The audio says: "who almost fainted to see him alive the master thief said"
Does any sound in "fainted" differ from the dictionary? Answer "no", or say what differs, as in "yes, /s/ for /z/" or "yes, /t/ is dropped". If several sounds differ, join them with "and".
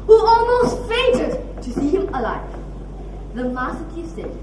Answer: yes, /n/ is dropped